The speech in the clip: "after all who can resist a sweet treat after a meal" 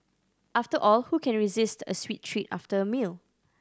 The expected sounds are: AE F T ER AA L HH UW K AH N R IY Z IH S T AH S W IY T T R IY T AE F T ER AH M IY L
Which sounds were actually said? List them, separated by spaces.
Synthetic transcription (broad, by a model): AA F T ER AA L HH UW K AH N R IY Z IH S T AH S W IY T T R IY T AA F T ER AH M IY L